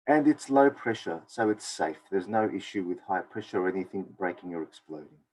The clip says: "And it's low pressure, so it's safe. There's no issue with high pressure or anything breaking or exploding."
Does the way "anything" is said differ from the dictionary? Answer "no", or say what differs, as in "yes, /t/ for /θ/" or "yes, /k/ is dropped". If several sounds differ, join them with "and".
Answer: no